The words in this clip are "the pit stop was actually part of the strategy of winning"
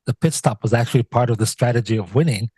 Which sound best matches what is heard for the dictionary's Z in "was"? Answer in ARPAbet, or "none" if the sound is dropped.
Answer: Z